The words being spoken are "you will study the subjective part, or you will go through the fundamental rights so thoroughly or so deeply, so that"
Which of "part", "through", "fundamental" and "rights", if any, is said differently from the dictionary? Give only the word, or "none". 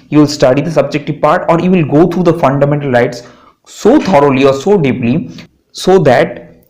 through